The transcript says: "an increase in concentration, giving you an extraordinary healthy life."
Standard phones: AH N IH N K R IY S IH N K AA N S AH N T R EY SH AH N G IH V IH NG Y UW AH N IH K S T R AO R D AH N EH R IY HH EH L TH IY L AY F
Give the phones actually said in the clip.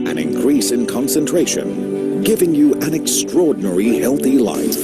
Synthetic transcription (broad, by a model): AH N IH N K R IY S IH N K AA N S AH N T R EY SH AH N G IH V IH NG Y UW AH N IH K S T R AO R D N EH R IY HH EH L TH IY L AY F